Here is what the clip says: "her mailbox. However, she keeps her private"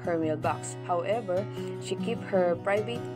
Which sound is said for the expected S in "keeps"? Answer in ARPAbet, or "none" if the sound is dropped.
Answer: none